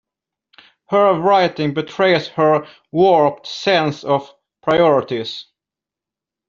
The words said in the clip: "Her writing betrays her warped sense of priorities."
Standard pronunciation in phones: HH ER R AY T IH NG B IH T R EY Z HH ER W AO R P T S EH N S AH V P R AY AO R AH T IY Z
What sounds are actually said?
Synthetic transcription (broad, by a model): HH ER R AY T IH NG B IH T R EY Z HH ER W AO R P T S EH N S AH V P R AY AO R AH T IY S